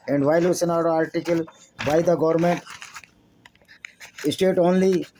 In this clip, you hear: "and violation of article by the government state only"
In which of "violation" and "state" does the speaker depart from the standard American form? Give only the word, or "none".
violation